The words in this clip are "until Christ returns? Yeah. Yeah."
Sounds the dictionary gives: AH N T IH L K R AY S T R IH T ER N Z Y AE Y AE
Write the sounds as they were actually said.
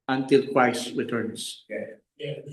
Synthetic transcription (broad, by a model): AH N T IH L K W AY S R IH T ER N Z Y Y